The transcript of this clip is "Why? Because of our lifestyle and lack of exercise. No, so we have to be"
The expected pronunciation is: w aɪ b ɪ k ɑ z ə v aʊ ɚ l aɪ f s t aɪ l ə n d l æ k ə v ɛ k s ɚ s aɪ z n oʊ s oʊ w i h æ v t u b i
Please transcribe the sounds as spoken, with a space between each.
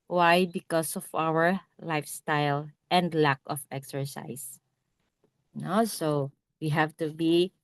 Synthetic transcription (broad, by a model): w aɪ b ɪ k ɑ s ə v aʊ ɚ l aɪ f s t aɪ l ə n d l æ k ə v ɛ k s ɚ s aɪ s n oʊ s oʊ w i h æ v t u b i